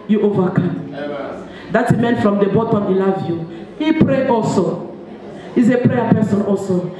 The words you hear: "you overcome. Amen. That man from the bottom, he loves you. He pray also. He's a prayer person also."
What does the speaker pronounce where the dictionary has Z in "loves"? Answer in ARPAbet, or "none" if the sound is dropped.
none